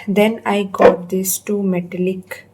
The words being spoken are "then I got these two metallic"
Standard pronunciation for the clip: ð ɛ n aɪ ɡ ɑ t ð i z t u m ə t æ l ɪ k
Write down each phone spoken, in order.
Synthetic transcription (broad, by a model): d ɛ n aɪ ɡ ɑ t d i s t u m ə t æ l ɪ k